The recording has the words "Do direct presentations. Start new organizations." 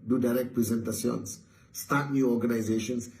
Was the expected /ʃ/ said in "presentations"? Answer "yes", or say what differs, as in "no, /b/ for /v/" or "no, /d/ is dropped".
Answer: no, /s/ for /ʃ/